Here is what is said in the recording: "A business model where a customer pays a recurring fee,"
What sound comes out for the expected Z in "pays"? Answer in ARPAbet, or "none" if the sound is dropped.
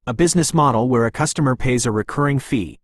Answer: Z